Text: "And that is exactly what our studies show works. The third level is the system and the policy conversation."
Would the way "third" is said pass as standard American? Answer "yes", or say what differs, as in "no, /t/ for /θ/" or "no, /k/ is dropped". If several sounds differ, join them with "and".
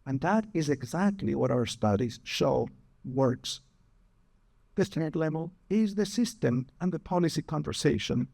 no, /t/ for /θ/